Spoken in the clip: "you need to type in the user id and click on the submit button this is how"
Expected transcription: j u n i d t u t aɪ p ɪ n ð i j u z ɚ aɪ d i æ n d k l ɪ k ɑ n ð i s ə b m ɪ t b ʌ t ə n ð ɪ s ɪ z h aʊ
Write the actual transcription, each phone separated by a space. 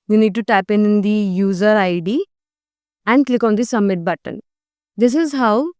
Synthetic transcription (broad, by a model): j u n i d t u t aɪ p ɪ n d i j u z ɚ aɪ d i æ n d k l ɪ k ɑ n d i s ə m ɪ t b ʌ t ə n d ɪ s ɪ z h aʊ